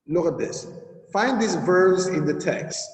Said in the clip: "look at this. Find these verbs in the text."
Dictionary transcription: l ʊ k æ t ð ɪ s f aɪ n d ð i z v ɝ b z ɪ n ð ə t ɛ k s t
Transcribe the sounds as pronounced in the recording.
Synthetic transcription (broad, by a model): l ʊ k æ t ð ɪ s f aɪ n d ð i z v ɝ b z ɪ n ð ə t ɛ k s t